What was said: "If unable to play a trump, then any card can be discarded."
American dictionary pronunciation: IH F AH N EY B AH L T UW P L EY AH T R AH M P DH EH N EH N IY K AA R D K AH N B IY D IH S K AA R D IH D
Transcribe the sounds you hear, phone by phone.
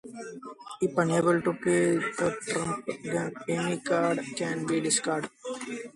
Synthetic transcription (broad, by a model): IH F AH N EY B AH L T UW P EY AH T R AH M P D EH EH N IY K AA R D K AH N B IY D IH S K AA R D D